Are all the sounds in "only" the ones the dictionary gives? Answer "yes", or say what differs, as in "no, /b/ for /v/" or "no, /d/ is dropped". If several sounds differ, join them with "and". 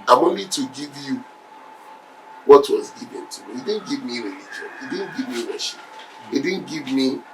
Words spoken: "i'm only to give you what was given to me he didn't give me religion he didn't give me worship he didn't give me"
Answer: no, /l/ is dropped